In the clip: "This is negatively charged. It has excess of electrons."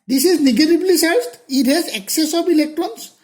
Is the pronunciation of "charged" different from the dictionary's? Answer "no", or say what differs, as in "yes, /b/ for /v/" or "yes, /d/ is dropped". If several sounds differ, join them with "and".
yes, /s/ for /tʃ/